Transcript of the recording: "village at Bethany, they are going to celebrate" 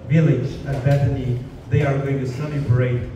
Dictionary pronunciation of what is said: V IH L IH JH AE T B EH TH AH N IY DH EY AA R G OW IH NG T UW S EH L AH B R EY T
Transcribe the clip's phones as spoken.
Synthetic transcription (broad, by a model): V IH L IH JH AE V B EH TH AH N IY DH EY AA R G OW IH NG T UW S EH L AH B R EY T